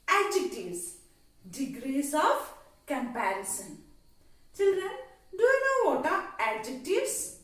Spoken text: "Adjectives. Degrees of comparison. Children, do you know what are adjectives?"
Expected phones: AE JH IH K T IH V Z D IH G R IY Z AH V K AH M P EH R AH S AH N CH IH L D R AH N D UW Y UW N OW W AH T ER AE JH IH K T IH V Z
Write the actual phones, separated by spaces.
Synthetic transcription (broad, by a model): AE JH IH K T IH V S D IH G R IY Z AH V K AH M P EH R AH S AH N CH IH L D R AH N D UW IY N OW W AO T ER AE JH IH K T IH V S